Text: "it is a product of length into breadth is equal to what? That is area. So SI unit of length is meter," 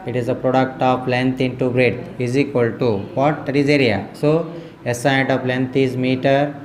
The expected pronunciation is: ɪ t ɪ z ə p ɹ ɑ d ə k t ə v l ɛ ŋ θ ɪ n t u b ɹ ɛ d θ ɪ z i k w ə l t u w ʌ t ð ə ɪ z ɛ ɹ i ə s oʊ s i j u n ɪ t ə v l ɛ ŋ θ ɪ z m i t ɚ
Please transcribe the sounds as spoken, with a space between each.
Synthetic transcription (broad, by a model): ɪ t ɪ z ə p ɹ ɑ d ə k t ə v l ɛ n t ɪ n t u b ɹ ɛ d ɪ z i k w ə l t u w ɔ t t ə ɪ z ɛ ɹ i ə s oʊ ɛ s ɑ ɪ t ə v l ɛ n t ɪ z m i t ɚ